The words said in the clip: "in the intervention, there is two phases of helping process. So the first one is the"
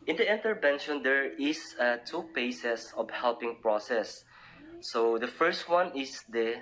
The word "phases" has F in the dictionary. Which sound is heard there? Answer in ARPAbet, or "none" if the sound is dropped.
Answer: P